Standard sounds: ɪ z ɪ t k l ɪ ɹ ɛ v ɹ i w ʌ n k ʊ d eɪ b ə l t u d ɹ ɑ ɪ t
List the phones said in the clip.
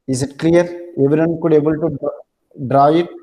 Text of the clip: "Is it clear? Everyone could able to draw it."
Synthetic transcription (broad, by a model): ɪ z ɪ t k l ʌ ɹ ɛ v i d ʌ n k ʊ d eɪ b ə l t u d ɹ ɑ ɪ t